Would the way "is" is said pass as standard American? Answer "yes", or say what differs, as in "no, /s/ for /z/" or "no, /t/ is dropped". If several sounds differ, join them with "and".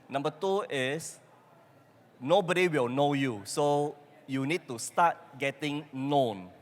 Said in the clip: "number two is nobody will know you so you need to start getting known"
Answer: no, /s/ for /z/